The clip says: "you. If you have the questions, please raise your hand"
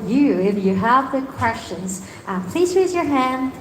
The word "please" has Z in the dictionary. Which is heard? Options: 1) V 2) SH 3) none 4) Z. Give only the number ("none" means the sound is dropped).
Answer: 4